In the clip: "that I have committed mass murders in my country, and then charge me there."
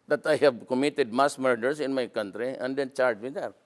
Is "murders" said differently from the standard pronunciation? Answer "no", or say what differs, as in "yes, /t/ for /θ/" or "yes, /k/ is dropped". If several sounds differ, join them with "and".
yes, /s/ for /z/